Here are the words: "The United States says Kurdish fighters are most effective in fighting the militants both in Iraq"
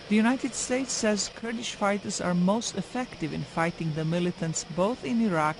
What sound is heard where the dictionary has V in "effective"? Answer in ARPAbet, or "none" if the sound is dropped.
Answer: V